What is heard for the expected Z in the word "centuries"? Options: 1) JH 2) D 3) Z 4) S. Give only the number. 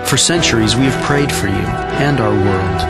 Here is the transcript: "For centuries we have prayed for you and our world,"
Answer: 3